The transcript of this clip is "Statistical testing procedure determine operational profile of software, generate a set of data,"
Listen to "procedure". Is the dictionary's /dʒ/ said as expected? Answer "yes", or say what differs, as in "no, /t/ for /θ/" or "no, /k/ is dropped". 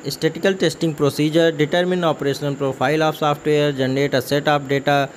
yes